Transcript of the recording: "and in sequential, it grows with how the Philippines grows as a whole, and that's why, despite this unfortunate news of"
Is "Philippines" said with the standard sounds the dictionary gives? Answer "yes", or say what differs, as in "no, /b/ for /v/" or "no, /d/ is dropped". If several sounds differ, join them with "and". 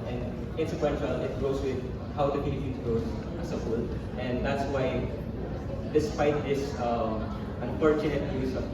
no, /p/ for /f/ and /n/ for /l/